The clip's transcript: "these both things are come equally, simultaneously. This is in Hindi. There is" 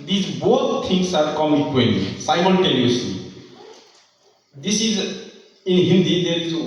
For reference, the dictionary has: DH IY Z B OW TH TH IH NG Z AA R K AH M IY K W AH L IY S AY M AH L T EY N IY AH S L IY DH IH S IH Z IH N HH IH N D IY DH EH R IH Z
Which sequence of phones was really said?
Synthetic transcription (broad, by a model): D IY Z B OW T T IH NG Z AA R K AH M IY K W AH N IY S AY M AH N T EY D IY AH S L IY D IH S IH Z IH N HH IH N D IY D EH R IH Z